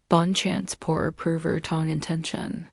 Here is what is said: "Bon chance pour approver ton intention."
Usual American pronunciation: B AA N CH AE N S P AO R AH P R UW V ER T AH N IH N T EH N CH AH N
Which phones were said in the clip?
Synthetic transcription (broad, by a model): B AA N CH AE N S P AO R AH P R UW V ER T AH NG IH N T EH N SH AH N